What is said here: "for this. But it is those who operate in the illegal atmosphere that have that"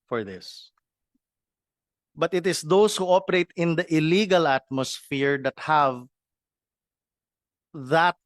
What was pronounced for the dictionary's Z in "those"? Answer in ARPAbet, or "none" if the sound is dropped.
S